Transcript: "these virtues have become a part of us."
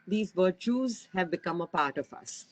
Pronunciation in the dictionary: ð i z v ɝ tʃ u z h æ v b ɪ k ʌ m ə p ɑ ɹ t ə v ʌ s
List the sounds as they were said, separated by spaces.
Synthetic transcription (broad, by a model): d i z v ɝ tʃ u z h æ v b ɪ k ʌ m ə p ɑ ɹ t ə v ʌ s